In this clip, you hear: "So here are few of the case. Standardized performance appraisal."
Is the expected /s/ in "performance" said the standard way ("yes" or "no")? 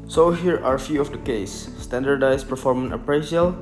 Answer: no